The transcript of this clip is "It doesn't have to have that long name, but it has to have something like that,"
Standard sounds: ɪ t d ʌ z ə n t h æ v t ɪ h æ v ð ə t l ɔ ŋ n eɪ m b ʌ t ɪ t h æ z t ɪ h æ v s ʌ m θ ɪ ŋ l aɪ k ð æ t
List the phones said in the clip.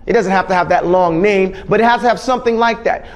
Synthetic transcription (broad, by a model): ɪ t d ʌ z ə n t h æ f t ɪ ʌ v ð ə t l ɔ ŋ n eɪ m b ʌ t ɪ t h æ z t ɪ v s ʌ m θ ɪ ŋ l aɪ k ð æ t